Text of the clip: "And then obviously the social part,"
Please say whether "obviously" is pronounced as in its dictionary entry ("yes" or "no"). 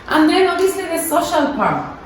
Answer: no